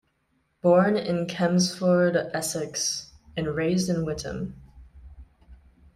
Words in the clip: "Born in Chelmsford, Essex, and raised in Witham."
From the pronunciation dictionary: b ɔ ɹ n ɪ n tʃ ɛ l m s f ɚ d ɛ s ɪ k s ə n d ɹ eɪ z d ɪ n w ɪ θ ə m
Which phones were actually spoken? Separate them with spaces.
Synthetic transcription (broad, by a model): b ɔ ɹ n ɪ n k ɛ m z f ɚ d ɛ s ɪ k s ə n ɹ eɪ z d ɪ n w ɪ t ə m